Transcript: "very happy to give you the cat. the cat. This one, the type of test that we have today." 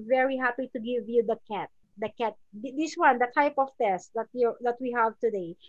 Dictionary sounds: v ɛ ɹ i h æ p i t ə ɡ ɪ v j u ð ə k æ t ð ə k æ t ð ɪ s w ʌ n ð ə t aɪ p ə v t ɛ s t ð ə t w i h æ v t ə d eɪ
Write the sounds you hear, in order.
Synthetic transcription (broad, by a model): v ɛ ɹ i h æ p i t ə ɡ ɪ v j u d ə k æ t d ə k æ t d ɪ s w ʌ n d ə t aɪ p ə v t ɛ s t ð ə t w i h æ v t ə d eɪ